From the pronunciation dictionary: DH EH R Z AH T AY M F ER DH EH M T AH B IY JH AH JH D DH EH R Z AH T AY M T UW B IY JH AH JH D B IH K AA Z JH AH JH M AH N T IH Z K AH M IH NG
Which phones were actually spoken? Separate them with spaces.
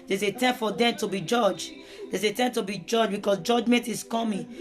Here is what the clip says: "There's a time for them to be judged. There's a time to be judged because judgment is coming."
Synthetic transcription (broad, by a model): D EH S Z AH T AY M F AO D EH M T AH B IY JH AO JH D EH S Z AH T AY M T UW B IY JH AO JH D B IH K AA S JH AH JH M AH N T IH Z K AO M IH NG